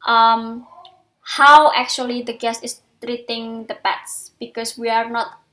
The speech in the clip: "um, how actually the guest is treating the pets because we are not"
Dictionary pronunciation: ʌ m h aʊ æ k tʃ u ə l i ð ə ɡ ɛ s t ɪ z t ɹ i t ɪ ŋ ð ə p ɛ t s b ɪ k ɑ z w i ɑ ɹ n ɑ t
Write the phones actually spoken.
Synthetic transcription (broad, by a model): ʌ m h aʊ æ k tʃ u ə l i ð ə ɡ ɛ s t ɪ s t ɹ i t ɪ ŋ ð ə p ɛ t s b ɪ k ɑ s w i ɑ ɹ n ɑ t